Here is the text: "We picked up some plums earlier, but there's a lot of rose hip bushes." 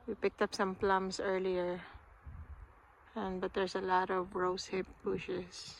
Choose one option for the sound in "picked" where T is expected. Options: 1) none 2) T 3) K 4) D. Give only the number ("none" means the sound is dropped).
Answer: 2